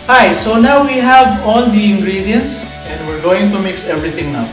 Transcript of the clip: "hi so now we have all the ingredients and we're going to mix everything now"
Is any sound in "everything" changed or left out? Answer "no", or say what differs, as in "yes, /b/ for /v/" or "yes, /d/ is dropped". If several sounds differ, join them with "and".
yes, /t/ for /θ/